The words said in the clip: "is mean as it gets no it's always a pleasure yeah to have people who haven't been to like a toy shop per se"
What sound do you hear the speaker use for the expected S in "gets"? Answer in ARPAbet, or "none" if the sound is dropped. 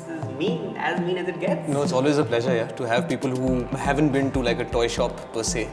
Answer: none